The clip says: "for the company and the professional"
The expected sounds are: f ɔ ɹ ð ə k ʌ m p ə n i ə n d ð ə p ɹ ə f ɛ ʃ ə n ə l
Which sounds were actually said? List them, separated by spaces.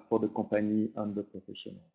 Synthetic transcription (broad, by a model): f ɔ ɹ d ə k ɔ p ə n i ə n d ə p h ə f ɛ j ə n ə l